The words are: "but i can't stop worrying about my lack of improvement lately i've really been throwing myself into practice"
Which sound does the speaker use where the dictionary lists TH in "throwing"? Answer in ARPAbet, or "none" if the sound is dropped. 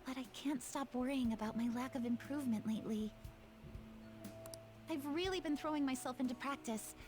TH